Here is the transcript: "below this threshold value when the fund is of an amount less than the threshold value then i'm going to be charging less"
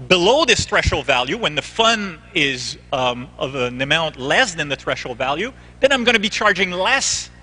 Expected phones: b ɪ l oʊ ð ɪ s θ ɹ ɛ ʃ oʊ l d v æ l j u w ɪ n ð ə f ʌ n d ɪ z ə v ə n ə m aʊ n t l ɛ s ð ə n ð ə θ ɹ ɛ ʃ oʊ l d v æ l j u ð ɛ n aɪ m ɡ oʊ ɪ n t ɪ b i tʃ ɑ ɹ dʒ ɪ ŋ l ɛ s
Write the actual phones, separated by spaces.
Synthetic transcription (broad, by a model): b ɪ l oʊ ð ɪ s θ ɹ ɛ ʃ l v æ l j u w ɪ n ð ə f ʌ n ɪ z ə v ə n ə m aʊ n t l ɛ s ð ə n ð ə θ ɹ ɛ ʃ l v æ l j u ð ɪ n aɪ m ɡ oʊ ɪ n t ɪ b i tʃ ɑ ɹ dʒ ɪ ŋ l ɛ s